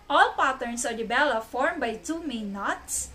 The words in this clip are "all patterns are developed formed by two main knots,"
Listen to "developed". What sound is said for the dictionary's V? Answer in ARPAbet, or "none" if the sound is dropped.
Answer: B